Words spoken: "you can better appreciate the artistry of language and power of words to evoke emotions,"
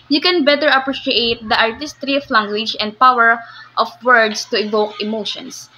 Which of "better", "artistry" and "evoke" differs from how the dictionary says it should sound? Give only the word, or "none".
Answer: none